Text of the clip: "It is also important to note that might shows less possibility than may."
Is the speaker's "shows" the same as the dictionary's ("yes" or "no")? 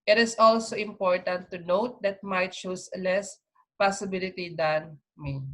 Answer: no